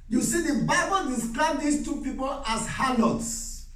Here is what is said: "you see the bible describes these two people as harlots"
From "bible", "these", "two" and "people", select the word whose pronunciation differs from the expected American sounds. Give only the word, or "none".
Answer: these